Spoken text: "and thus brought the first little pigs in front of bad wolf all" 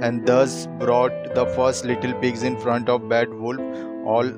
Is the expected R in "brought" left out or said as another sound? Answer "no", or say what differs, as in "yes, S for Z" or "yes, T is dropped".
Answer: no